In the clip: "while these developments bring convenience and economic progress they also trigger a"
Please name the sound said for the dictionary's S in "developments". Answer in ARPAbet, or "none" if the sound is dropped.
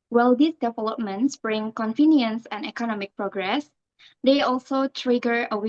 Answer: S